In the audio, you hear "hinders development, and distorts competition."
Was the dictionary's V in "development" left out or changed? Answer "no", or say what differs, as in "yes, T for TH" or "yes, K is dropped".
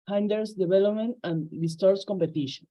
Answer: yes, B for V